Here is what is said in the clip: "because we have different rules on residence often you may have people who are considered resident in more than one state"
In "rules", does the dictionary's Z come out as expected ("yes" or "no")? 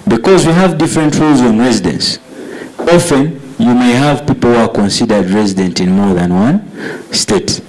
yes